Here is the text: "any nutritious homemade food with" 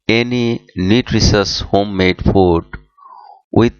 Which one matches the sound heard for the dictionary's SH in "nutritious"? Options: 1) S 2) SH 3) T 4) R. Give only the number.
1